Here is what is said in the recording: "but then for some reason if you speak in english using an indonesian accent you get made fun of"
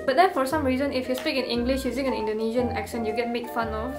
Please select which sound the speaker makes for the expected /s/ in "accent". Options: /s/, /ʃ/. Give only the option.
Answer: /ʃ/